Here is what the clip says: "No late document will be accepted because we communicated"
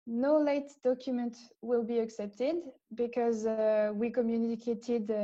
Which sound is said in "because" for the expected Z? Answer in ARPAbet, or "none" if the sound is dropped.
Z